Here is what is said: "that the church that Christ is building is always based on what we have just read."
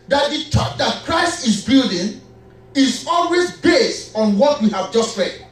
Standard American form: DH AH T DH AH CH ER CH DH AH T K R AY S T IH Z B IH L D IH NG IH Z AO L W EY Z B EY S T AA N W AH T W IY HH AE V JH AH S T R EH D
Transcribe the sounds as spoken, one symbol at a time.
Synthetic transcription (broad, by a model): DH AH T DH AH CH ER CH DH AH T K R AY S T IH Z B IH L D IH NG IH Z AO L W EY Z B EY S T AA N W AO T W IY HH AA V JH AH S T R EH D